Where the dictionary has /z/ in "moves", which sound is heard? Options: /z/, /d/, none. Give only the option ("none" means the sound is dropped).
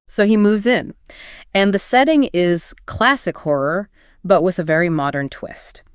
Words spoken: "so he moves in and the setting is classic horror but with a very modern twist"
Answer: /z/